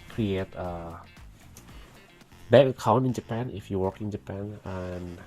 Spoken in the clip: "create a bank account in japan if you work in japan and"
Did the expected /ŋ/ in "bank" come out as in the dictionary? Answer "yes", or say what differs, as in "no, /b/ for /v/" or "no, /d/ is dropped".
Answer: no, /ŋ/ is dropped